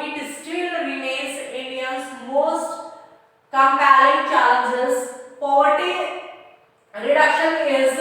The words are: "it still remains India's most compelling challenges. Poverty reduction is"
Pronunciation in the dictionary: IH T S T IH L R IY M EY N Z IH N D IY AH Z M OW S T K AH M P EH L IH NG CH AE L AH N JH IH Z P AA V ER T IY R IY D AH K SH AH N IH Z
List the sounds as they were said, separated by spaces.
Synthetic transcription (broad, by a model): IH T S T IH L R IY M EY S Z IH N D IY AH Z M OW S T K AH M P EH IH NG CH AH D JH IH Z P AA V ER T IY R IY D AH K SH AH N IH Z